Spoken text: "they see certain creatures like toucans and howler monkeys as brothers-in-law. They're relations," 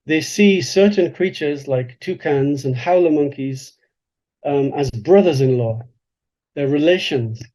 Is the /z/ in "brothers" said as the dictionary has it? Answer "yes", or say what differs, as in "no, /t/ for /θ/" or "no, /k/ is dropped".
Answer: yes